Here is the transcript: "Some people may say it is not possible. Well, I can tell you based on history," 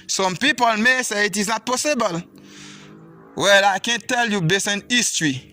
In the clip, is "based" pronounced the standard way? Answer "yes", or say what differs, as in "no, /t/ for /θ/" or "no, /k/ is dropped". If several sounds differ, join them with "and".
no, /t/ is dropped